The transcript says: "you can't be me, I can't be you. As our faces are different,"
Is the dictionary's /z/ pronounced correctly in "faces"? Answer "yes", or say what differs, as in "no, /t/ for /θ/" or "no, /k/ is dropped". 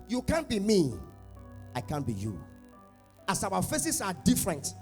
no, /s/ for /z/